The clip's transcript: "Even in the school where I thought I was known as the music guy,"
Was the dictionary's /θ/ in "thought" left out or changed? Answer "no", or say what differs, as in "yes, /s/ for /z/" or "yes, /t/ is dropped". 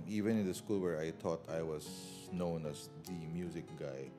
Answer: yes, /t/ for /θ/